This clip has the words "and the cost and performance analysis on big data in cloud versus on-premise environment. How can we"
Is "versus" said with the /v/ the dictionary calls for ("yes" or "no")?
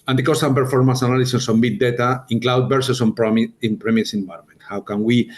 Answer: no